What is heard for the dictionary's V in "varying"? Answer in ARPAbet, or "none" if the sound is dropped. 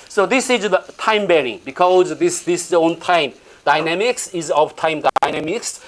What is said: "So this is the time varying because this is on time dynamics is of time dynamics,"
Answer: B